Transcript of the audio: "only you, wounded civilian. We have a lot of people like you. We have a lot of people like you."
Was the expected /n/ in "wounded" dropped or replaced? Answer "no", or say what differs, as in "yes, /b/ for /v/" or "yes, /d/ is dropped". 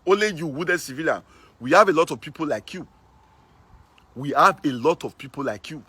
yes, /n/ is dropped